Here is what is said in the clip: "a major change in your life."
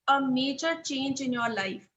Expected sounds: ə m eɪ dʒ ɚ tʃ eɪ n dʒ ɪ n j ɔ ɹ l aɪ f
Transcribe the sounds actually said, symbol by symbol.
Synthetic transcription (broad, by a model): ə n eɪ tʃ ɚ tʃ eɪ n dʒ ɪ n j ɔ ɹ l aɪ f